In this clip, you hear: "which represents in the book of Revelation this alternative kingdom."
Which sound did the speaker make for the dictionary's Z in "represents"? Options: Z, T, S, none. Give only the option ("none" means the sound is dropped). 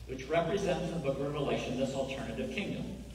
Z